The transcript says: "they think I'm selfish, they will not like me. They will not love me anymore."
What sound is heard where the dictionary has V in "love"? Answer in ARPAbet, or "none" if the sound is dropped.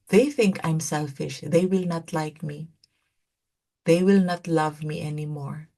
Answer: V